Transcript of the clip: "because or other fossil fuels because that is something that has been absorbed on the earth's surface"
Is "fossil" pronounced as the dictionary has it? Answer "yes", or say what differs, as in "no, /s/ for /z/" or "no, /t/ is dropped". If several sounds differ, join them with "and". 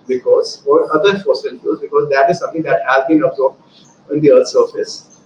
no, /n/ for /l/